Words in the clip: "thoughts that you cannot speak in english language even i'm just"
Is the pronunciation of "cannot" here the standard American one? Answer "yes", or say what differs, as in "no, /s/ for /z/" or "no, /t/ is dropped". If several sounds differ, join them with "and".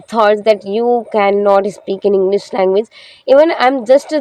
yes